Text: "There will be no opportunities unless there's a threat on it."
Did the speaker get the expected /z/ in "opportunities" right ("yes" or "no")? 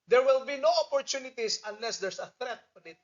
no